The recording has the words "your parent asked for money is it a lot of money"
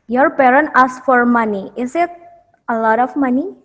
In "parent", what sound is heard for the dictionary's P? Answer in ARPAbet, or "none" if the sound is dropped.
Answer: P